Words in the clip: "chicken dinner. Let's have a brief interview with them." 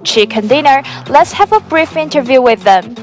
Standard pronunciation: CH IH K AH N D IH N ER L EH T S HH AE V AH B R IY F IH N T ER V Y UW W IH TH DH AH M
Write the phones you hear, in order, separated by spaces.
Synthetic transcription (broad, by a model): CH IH K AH N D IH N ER L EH T S HH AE V AH B R IY F IH N T ER V Y UW W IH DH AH M